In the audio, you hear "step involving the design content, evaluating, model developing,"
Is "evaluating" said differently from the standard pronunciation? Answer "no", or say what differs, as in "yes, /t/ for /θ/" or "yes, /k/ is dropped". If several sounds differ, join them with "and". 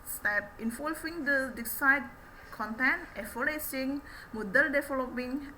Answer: yes, /s/ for /t/